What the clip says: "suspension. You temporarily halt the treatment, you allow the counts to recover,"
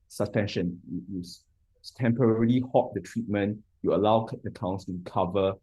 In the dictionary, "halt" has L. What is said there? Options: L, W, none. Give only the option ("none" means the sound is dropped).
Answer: none